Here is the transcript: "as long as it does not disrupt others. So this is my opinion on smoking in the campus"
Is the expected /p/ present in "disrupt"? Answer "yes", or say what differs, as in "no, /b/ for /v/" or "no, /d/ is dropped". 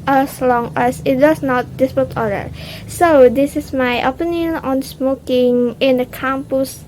no, /p/ is dropped